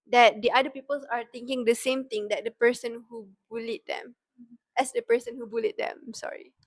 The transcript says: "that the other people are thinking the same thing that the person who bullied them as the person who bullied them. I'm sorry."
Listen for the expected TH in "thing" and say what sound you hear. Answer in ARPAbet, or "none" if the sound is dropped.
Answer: T